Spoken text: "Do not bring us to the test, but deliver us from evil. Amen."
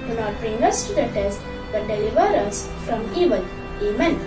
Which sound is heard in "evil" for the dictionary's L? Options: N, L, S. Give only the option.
N